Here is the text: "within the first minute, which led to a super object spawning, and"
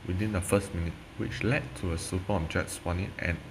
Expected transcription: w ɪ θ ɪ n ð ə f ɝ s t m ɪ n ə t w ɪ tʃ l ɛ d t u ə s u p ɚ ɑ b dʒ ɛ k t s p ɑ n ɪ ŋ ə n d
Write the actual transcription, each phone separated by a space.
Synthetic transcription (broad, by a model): w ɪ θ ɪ n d ə f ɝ s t m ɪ n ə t w ɪ tʃ l ɛ d t u ə s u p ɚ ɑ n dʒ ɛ t s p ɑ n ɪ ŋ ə n